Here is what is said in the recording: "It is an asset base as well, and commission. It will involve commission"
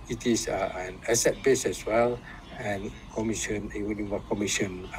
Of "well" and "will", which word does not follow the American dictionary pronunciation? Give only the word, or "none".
will